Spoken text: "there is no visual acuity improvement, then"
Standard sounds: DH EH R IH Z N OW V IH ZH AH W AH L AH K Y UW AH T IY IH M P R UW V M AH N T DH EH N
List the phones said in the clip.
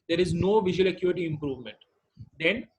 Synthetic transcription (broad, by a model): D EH R IH Z N OW V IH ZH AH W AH L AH K Y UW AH T IY IH M P R UW V M AH N T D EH N